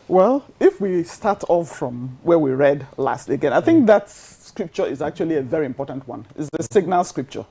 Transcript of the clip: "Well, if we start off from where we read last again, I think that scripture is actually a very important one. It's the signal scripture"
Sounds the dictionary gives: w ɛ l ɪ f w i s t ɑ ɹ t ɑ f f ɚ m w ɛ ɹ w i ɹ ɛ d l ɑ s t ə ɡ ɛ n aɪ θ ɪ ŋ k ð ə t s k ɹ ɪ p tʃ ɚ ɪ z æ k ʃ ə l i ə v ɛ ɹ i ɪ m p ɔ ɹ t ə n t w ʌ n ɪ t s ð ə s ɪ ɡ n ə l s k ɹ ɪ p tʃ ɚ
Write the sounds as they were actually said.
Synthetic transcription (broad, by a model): w ɛ l ɪ f w i s t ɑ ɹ t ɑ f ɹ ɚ m w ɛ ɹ w i ɹ ɛ d l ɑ s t ə ɡ ɛ n aɪ θ ɪ ŋ k ð ə t s k ɹ ɪ p tʃ ɚ ɪ z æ k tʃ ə l i ə v ɛ ɹ i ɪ m p ɔ ɹ t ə n t w ʌ n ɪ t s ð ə s ɪ ɡ n ə l s k ɹ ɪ p tʃ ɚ